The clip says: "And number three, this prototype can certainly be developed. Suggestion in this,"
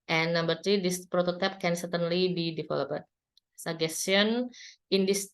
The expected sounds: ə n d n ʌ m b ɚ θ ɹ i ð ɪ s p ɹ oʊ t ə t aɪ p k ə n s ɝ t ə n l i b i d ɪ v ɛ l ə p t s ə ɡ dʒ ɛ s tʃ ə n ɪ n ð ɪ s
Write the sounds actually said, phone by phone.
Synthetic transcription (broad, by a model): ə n n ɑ m b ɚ t ɹ i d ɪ s p ɹ oʊ t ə t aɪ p k ə n s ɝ t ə n l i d i d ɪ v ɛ l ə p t s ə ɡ ɛ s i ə n ɪ n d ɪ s